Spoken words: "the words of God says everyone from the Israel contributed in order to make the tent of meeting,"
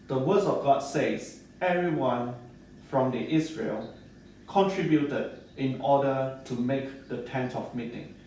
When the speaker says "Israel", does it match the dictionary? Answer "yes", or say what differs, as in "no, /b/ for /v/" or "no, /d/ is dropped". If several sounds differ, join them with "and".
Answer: no, /s/ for /z/